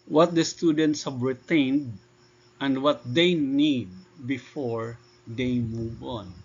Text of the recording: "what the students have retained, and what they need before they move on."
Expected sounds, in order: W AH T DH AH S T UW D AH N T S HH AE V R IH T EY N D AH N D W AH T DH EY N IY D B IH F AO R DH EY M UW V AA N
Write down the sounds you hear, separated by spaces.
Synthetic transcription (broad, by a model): W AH T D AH S T UW D AH N T S HH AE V R IH T EY N D AH N D W AH T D EY N IY D B IH F AO R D EY M UW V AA N